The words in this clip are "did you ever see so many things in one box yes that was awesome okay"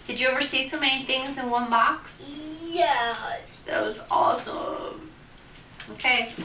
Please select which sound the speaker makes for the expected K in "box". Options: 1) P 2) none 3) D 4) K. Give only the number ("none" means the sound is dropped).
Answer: 4